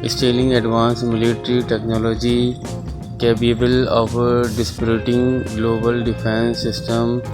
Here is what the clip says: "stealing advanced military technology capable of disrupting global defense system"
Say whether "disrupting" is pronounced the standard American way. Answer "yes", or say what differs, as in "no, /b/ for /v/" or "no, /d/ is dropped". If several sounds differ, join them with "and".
no, /p/ is dropped